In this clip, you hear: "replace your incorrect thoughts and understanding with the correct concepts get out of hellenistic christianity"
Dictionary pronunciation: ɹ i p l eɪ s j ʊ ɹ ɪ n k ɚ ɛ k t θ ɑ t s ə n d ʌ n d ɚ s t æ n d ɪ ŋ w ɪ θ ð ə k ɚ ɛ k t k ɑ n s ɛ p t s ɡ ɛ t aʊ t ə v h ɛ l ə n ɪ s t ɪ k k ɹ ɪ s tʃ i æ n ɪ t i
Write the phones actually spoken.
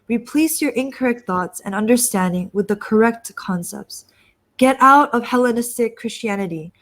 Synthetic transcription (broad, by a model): ɹ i p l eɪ s j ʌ ɹ ɪ n k ɚ ɛ k t θ ɑ t s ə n ʌ n d ɚ s t æ n d ɪ ŋ w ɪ ð ə k ɚ ɛ k t k ɑ n s ɛ p t s ɡ ɛ t aʊ t ə v h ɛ l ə n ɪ s t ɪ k k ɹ ɪ s tʃ i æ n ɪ t i